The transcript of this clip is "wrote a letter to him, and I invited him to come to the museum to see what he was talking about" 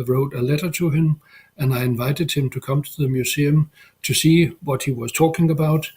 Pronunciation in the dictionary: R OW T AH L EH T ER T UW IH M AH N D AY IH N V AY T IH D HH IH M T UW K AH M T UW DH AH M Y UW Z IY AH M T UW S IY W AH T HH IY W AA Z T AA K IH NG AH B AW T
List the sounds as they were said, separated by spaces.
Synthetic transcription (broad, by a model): R OW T AH L EH T ER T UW IH M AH N AY IH N V AY T IH D HH IH M T UW K AH M T UW DH AH M Y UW S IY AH M T UW S IY W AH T HH IY W AA Z T AA K IH NG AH B AW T